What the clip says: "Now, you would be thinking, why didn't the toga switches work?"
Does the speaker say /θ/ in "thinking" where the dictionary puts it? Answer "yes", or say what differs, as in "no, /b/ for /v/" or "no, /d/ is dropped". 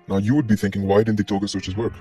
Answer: yes